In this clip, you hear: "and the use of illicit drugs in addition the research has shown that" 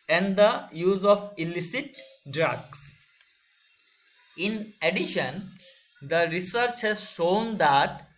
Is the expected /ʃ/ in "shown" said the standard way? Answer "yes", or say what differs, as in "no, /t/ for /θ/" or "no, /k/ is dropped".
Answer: yes